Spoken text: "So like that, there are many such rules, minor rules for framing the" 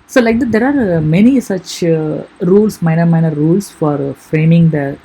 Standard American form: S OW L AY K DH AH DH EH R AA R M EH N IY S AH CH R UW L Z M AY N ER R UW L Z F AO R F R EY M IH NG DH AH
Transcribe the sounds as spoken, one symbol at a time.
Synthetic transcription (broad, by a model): S OW L AY K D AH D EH R AA R M EH N IY S AH CH R UW L S M AY N ER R UW L S F AO R F R EY M IH NG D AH